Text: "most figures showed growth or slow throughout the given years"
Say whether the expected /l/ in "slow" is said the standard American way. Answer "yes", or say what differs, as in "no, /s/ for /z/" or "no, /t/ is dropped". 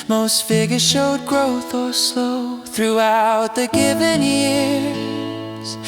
no, /l/ is dropped